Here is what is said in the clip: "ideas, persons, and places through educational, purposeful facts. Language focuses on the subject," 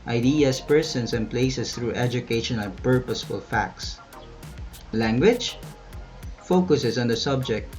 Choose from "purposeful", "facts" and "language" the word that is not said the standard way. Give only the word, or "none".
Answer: none